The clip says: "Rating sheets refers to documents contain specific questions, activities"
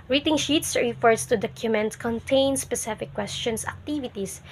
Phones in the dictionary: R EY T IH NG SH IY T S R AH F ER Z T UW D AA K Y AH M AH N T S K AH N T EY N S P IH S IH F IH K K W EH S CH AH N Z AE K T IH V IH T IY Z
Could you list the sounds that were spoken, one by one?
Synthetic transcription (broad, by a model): R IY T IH NG SH IY T S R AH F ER S T UW D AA K Y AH M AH N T K AH N T EY N S P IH S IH F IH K K W EH S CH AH N S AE K T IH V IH T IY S